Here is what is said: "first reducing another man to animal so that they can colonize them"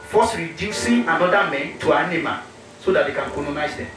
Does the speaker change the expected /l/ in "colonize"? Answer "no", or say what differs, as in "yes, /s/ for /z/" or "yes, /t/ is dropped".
yes, /n/ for /l/